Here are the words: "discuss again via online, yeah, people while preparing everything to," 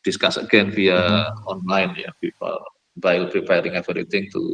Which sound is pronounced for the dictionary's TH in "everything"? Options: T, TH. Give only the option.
T